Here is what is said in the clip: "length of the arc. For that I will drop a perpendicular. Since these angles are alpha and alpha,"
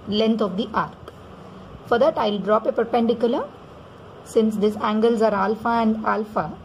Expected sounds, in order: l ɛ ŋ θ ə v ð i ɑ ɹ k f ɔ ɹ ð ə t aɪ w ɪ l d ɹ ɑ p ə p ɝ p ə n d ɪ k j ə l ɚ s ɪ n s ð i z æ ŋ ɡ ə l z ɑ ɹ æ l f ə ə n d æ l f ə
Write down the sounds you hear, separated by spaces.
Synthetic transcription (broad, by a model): l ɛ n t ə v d i ɑ ɹ k f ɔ ɹ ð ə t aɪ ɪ l d ɹ ɑ p ə p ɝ p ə n d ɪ k j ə l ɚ s ɪ n s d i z æ ŋ ɡ ə l z ɑ ɹ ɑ l f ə ə n d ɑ l f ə